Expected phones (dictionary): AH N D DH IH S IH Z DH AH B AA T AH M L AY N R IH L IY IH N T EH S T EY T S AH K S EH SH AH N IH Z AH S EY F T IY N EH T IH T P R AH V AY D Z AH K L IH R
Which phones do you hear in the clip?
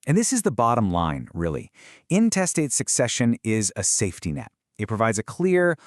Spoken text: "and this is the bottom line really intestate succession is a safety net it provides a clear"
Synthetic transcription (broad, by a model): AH N DH IH S IH Z DH AH B AA T AH M L AY N R IH L IY IH N T EH S T EY T S AH K S EH SH AH N IH Z AH S EY F T IY N EH T IH T P R AH V AY D Z AH K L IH R